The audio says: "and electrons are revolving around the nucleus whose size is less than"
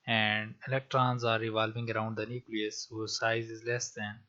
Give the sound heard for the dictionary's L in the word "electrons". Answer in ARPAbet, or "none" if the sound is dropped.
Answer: L